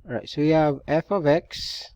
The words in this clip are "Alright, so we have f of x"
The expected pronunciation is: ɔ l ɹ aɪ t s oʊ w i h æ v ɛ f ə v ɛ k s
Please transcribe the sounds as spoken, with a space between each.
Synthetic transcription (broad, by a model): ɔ ɹ aɪ t s oʊ w i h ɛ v ɛ f ə v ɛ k s